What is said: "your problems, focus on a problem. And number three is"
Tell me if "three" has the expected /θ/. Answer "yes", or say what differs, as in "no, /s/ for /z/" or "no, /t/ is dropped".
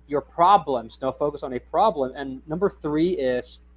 yes